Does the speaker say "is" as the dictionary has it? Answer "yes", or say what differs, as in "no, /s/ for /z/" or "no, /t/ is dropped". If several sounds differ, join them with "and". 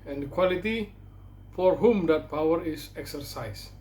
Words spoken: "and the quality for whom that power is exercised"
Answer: no, /s/ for /z/